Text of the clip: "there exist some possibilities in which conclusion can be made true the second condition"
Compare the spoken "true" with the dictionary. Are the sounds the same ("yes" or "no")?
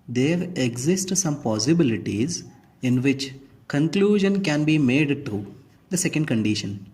no